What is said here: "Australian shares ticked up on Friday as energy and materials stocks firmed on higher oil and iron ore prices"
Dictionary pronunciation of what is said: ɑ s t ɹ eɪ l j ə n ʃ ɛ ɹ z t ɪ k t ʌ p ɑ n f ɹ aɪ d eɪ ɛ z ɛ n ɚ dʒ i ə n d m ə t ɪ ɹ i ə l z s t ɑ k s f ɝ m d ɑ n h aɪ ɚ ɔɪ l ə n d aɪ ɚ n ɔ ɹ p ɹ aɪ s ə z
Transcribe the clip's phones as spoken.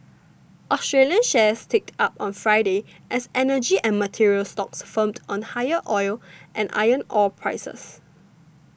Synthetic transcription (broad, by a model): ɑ s t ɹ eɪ l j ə n ʃ ɛ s t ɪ k t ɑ p ɑ n f ɹ aɪ d eɪ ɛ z ɛ n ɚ dʒ i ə n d m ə t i ɹ i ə l s t ɑ k s f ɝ m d ɑ n h aɪ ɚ ɔɪ l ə n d aɪ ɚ n ɔ l p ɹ aɪ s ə s